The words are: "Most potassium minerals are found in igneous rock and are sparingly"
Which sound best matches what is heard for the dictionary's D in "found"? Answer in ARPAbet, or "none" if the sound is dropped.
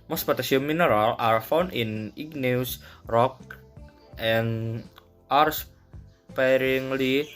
none